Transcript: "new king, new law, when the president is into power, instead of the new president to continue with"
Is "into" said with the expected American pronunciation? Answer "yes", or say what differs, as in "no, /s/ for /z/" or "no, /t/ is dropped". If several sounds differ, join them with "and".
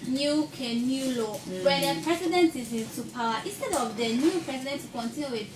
no, /s/ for /t/